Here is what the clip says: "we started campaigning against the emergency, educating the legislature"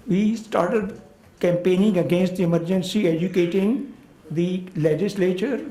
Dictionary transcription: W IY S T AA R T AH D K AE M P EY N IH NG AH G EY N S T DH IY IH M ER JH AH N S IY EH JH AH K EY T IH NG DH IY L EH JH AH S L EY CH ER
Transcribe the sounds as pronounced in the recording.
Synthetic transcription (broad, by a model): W IY S T AA R T AH D K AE M P EY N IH NG AH G EY N S T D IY IH M ER JH AH N S IY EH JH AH K EY T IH NG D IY L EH JH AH S L EY CH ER